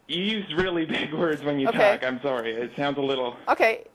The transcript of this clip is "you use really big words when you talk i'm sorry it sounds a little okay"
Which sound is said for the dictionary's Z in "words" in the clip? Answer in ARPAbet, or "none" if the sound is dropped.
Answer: Z